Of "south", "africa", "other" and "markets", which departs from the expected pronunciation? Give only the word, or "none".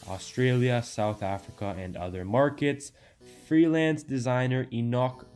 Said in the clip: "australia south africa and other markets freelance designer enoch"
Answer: none